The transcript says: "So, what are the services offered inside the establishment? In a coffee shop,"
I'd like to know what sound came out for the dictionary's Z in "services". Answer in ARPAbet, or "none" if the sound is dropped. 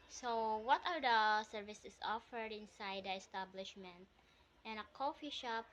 S